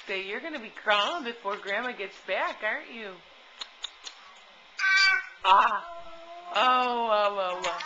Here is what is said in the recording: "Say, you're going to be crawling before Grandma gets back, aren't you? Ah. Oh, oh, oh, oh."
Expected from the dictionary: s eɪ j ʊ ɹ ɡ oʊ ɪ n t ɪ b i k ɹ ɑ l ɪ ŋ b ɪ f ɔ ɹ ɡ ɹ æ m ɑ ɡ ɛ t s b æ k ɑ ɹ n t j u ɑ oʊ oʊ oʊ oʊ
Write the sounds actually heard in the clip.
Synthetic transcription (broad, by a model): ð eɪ j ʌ ɹ ɡ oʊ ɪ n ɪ b i k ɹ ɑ ɪ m b ɪ f ɔ ɹ ɡ ɹ æ m ɑ ɡ ɛ t s b æ k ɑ ɹ n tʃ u ɑ oʊ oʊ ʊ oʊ